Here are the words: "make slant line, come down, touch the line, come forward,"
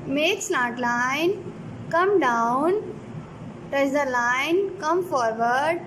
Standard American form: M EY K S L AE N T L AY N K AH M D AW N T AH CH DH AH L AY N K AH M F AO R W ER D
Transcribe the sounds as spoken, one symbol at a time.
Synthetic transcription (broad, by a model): M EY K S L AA T L AY N K AH M D AW N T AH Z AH L AY N K AH M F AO R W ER D